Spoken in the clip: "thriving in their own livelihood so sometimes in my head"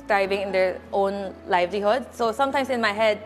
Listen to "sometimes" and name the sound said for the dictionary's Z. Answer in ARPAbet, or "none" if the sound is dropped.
S